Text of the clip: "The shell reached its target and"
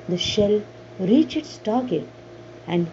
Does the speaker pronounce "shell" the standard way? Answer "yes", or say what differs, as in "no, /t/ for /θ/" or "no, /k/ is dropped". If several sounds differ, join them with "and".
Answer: yes